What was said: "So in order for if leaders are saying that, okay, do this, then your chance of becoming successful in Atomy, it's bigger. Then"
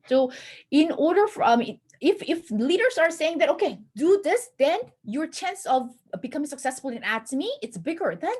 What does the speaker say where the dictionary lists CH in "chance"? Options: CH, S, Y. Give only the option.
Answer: CH